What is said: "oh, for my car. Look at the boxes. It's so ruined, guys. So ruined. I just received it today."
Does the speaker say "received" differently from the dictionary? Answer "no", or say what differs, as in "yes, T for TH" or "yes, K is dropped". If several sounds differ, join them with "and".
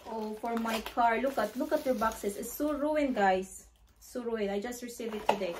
yes, D is dropped